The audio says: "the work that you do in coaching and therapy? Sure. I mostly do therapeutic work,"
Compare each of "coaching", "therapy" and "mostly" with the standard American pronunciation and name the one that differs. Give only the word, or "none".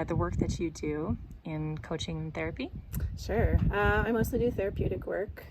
none